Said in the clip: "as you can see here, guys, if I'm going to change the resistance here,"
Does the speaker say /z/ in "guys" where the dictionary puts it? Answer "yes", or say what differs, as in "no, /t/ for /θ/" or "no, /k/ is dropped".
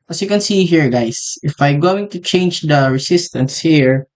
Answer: no, /s/ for /z/